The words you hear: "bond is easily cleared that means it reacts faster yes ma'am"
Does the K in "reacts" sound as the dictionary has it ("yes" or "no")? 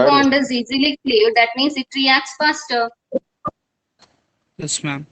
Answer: yes